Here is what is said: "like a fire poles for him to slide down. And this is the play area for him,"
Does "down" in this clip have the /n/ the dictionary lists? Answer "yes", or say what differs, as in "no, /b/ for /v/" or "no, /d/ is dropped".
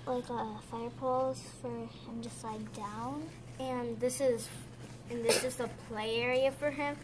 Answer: yes